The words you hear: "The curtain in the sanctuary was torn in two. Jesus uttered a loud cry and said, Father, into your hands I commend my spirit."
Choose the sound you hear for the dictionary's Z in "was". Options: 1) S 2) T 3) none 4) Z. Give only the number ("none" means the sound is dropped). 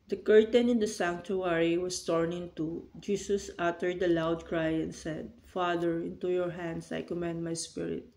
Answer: 1